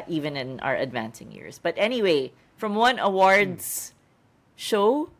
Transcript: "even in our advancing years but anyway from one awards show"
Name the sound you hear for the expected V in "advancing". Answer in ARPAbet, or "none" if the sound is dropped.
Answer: V